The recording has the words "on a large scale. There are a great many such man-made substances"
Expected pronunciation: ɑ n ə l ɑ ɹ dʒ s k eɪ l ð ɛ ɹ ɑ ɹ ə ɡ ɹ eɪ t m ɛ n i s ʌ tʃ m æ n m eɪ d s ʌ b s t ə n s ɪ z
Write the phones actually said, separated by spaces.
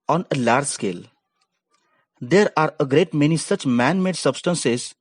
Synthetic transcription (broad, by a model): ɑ n ə l ɑ ɹ dʒ s k eɪ l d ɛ ɹ ɑ ɹ ə ɡ ɹ eɪ t m ɛ n i s ʌ tʃ m æ n m eɪ d s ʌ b s t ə n s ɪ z